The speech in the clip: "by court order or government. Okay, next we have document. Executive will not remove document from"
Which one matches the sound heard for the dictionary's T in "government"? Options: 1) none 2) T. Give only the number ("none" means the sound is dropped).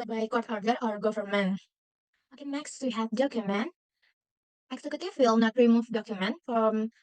1